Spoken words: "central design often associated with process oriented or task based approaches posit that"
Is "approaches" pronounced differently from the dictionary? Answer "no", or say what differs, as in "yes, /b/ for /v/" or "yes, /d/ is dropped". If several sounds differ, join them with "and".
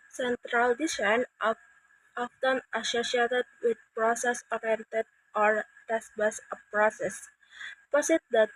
yes, /s/ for /tʃ/ and /s/ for /z/